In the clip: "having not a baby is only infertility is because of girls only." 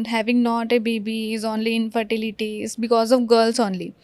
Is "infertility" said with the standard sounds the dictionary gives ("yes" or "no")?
yes